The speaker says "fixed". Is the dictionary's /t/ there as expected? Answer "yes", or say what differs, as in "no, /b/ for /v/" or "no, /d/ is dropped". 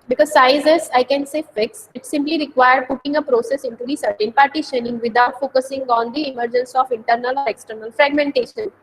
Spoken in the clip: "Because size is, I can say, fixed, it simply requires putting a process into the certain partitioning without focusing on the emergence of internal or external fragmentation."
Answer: no, /t/ is dropped